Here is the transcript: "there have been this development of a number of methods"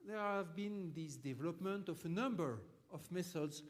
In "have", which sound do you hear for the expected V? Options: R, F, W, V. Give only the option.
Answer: V